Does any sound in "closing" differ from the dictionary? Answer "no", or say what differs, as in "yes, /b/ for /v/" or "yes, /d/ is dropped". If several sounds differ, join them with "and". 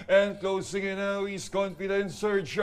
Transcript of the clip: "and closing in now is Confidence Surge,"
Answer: yes, /s/ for /z/